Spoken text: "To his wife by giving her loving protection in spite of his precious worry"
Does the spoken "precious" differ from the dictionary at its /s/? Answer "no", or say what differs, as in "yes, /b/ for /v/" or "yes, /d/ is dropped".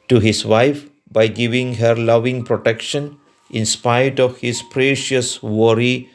no